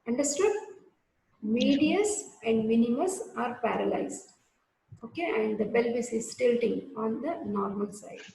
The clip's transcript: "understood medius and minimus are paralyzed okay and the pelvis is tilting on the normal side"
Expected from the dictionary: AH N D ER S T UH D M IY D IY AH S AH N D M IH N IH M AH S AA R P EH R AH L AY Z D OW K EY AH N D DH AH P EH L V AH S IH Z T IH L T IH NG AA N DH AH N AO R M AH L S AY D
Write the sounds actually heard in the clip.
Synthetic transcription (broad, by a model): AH N D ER S T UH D M IY D IY AH S AH N D M IH N IH M AH S AA R P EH R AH L AY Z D OW K EY AH N D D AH B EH L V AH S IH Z T IH L T IH NG AA N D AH N AO R M AH L S AY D